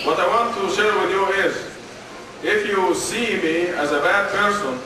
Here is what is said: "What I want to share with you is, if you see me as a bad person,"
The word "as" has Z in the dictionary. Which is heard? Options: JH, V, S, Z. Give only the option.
Z